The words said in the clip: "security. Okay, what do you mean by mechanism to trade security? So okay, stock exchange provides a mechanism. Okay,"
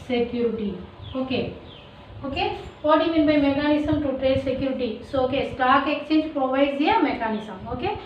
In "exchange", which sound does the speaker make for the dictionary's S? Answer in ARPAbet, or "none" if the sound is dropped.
none